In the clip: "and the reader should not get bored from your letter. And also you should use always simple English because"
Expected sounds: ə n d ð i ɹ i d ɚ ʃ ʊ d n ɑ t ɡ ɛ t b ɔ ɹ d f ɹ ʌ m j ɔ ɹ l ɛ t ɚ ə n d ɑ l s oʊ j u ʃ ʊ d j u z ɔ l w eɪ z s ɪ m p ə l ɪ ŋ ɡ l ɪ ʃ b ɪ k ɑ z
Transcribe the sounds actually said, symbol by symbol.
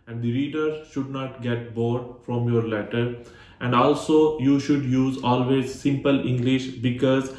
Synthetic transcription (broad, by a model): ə n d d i ɹ i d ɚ ʃ ʊ d n ɑ t ɡ ɛ t b ɔ ɹ d f ɹ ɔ m j ɔ ɹ l ɛ t ɚ ə n d ɑ l s oʊ j u ʃ ʊ d j u z ɔ l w eɪ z s ɪ m p ə l ɪ ŋ ɡ l ɪ ʃ b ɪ k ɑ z